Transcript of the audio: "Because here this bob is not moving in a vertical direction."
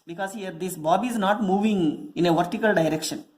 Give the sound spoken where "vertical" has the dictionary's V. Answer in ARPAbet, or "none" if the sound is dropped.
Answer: V